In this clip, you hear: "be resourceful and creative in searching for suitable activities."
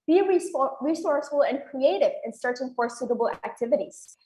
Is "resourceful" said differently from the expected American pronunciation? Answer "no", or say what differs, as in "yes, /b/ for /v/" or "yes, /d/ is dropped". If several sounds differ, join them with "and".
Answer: yes, /f/ is dropped